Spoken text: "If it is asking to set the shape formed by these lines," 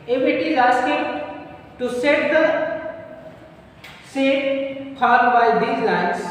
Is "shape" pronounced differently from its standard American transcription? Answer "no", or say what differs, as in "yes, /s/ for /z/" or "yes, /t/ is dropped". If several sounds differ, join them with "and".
yes, /s/ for /ʃ/